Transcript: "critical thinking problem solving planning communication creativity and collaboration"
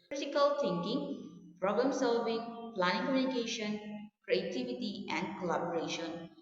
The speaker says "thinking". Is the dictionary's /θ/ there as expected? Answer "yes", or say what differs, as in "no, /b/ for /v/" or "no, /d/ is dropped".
no, /t/ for /θ/